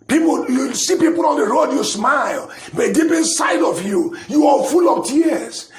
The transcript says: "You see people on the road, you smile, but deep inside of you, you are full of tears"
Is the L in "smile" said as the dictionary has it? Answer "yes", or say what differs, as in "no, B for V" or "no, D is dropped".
yes